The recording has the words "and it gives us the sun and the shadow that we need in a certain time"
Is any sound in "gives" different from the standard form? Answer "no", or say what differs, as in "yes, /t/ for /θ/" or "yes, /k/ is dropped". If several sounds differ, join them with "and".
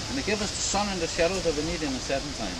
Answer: yes, /z/ is dropped